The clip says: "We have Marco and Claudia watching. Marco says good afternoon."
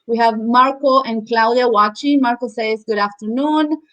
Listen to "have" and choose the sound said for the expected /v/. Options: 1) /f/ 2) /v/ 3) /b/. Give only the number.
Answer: 2